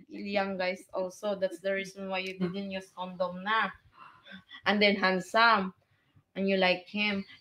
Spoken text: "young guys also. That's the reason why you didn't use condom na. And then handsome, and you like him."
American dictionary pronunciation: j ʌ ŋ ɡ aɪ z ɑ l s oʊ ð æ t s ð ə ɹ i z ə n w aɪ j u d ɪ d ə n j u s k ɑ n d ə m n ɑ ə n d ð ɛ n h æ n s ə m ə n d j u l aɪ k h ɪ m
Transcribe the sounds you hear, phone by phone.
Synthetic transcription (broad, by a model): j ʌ ŋ ɡ aɪ s ɑ l s oʊ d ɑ t s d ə ɹ i s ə n w aɪ j u d ɪ d ə n j u s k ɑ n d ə m n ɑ ə n d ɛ n h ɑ n s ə m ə n j u l aɪ k h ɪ m